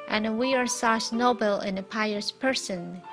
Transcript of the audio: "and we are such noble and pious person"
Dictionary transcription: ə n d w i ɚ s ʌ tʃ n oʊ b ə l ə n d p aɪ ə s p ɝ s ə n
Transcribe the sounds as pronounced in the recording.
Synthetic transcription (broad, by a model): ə n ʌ w i ɚ s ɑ s n oʊ b ə l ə n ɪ p aɪ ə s p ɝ s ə n